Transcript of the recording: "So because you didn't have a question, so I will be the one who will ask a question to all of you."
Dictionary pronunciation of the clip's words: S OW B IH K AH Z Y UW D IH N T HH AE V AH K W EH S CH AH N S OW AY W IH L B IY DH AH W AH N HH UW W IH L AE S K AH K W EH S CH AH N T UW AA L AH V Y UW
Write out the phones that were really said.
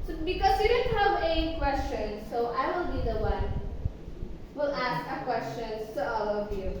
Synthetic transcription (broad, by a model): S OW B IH K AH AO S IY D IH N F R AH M AH K W EH S CH AH N S OW AY W IH L B IY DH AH W AH N W IH L AE S K AH K W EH S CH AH N T UW AA L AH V Y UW